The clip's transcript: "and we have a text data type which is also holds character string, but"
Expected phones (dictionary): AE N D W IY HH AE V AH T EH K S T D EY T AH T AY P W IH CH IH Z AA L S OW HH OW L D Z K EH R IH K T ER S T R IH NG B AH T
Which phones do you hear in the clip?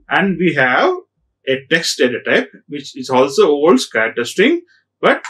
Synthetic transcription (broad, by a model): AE N D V IY HH AE V AH T EH K S T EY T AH T AY P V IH CH IH Z AA L S OW OW L D S K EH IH T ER S T IH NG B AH T